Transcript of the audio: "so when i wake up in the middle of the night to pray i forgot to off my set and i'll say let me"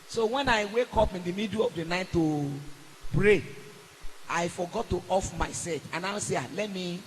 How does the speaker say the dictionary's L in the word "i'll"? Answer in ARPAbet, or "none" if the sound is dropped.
W